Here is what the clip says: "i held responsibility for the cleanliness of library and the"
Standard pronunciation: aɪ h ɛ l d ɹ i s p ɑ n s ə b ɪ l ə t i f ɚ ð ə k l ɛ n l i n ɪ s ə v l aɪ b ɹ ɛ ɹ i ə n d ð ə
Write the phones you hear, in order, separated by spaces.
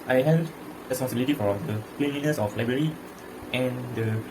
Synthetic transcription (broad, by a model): aɪ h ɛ d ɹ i s p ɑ n s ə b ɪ l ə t i f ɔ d ə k l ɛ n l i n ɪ s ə f l aɪ b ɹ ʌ ɹ i ə n d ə